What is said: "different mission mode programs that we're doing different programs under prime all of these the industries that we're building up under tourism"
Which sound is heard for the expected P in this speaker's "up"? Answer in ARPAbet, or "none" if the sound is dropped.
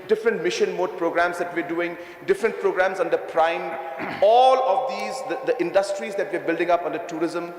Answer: P